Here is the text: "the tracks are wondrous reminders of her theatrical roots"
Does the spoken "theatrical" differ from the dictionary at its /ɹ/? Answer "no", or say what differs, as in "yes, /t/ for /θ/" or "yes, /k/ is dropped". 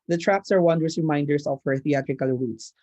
no